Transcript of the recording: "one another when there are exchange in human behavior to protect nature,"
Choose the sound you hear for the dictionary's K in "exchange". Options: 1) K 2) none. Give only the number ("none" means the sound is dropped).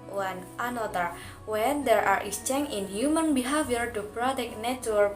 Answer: 2